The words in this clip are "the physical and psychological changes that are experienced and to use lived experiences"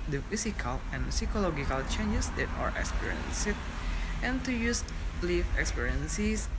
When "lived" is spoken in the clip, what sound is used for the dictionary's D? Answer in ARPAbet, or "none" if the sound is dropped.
none